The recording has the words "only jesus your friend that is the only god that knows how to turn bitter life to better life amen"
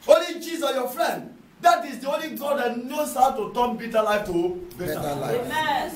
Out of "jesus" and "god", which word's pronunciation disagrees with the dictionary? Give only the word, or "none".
jesus